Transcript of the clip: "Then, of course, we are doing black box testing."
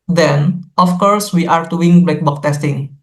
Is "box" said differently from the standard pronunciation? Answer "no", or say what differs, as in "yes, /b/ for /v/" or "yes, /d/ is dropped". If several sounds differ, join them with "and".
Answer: yes, /s/ is dropped